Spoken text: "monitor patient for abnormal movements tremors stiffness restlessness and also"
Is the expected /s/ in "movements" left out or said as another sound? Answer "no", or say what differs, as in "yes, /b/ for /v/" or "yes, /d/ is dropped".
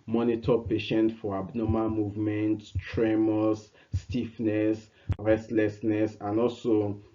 yes, /s/ is dropped